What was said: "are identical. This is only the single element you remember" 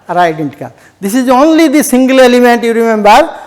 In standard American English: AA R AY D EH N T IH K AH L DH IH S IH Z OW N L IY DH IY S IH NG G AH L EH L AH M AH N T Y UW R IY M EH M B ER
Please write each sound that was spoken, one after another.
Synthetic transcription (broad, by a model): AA R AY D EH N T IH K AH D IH S IH Z OW N L IY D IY S IH NG G AH L EH L AH M AH N T Y UW R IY M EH M B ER